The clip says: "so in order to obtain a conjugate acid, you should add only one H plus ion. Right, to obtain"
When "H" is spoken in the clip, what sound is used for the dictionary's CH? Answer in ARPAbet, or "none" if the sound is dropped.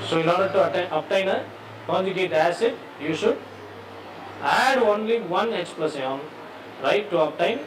S